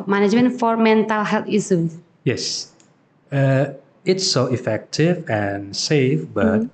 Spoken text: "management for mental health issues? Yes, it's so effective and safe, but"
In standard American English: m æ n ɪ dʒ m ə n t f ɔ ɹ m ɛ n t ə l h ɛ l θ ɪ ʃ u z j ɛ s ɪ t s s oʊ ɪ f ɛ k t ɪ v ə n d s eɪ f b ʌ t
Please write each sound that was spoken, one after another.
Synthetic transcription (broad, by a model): m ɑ n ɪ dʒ m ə n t f ɔ ɹ m ɛ n t ə l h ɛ l t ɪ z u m j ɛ s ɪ t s s oʊ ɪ f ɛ k t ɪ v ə n s eɪ f b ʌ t